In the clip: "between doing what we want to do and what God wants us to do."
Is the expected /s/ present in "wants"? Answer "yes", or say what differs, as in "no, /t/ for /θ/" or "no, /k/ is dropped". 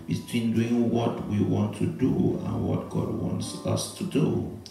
yes